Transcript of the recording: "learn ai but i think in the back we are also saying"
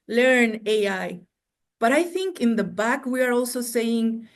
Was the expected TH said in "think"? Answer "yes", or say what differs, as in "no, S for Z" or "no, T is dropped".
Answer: yes